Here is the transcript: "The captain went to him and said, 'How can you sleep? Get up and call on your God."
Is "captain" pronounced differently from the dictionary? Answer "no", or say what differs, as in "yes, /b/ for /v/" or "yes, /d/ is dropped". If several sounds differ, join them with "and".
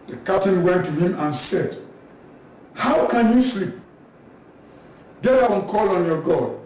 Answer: yes, /p/ is dropped